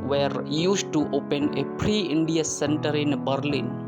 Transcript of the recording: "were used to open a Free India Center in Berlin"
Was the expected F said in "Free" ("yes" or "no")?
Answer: no